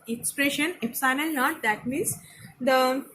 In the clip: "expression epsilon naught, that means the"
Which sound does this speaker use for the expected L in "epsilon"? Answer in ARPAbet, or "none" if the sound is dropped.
N